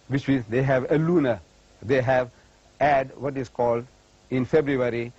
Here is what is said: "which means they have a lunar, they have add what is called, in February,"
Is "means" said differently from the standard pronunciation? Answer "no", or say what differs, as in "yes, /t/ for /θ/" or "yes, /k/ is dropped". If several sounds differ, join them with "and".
yes, /n/ is dropped